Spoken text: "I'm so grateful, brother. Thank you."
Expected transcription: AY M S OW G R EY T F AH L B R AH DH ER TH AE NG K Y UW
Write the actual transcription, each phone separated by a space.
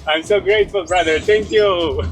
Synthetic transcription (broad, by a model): AY M S OW G R EY T F AH L B R AH DH ER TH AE NG K Y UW